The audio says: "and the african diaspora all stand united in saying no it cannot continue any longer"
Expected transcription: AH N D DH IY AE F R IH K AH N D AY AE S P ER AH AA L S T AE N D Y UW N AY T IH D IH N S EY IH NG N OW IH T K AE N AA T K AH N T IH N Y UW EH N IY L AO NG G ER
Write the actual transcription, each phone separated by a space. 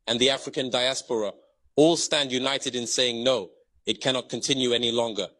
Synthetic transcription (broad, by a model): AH N DH IY AE F R IH K AH N D AY AE S P ER AH AA L S T AE N D Y UW N AY T IH D IH N S EY IH NG N OW IH T K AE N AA T K AH N T IH N Y UW EH N IY L AO NG G ER